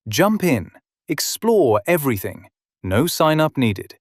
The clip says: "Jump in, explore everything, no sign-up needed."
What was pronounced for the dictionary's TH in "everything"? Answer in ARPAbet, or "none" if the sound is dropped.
TH